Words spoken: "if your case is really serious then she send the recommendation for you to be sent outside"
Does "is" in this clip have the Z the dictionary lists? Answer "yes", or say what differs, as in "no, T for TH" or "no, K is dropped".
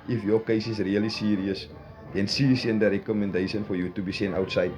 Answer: no, S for Z